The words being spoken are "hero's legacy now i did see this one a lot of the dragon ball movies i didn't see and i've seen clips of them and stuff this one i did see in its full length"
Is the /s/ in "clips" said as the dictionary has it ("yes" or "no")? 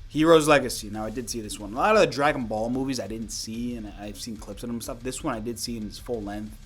yes